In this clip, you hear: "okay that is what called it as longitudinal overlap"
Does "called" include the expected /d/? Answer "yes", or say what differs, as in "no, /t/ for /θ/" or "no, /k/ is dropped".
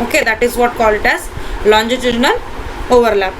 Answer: no, /d/ is dropped